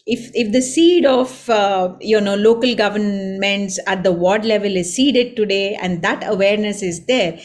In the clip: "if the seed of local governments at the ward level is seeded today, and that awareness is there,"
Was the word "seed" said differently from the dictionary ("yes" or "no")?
no